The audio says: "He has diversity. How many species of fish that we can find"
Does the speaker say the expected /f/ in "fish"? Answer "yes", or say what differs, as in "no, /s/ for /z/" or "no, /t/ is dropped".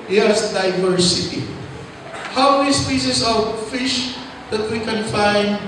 yes